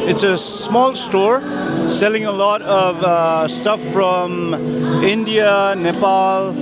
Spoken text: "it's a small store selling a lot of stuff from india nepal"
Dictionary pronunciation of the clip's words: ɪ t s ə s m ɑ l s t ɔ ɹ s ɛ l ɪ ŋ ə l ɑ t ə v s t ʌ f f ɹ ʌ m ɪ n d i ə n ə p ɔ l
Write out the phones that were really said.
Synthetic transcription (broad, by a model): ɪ t s ə s m ɑ l s t ɔ ɹ s ɛ l ɪ ŋ ə l ɑ t ə v s t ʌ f f ɹ ʌ m ɪ n d i ə n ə p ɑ l